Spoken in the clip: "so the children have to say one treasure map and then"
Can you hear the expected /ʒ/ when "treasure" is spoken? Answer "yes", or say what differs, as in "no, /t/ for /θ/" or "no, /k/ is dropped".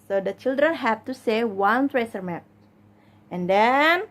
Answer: no, /s/ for /ʒ/